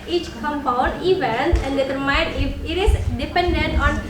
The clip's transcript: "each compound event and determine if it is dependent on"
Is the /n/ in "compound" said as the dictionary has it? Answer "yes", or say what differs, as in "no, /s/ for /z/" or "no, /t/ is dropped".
no, /n/ is dropped